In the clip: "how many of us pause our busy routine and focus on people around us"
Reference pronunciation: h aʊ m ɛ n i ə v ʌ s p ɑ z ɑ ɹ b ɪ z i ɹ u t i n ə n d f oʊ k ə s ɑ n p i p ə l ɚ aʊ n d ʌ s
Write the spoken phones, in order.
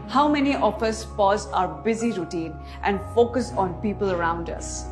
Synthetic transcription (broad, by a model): h aʊ m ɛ n i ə f ʌ s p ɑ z ɑ ɹ b ɪ z i ɹ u t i n ə n d f oʊ k ə s ɑ n p i p ə l ɚ aʊ n d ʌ s